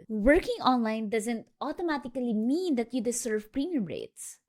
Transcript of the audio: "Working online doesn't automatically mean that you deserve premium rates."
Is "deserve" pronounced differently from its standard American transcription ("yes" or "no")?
yes